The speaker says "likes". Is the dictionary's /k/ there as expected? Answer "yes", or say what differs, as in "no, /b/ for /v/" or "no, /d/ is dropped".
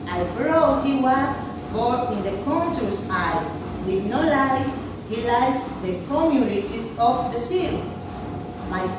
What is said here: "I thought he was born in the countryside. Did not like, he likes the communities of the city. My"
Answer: no, /k/ is dropped